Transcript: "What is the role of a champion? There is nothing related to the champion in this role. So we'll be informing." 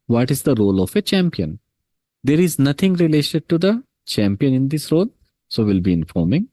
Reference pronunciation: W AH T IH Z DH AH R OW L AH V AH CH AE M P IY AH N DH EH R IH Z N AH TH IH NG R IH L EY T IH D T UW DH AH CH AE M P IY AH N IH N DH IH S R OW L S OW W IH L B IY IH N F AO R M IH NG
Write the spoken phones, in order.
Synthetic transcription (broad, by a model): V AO T IH Z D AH R OW L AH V AH CH AE M P IY AH N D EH R IH Z N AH T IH NG R IH L EY T IH D T UW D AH CH AE M P IY AH N IH N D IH S R OW L S OW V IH L B IY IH N F AO R M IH NG